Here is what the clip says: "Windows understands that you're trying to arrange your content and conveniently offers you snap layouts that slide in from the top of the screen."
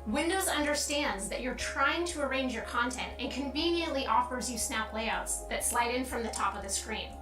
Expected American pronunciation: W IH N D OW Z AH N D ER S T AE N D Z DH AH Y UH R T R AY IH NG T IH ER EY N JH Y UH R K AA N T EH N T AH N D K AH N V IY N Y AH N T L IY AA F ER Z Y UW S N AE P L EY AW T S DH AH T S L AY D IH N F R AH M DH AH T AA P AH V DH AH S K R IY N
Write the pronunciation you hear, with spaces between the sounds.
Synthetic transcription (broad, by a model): W IH N D OW Z AH N D ER S T AE N D Z DH AH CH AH R T R AY IH NG T IH ER EY N JH Y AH R K AA N T EH N T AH N K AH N V IY N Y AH N T L IY AA F ER Z Y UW S N AE P L EY AW T S DH AH T S L AY D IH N F R AH M DH AH T AA P AH V DH AH S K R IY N